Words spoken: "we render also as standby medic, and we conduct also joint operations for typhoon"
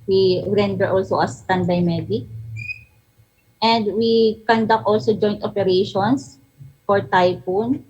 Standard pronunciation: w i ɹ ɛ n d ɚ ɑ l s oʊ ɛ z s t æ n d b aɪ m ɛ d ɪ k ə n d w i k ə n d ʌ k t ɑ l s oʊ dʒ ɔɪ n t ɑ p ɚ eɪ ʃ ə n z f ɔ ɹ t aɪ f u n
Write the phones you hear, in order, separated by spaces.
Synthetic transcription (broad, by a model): w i ɹ ɛ n d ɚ ɑ l s oʊ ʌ s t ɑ n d aɪ m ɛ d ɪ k ə n d w i k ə n d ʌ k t ɑ l s oʊ dʒ ɔɪ n t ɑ p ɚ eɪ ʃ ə n s f ɔ ɹ t aɪ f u n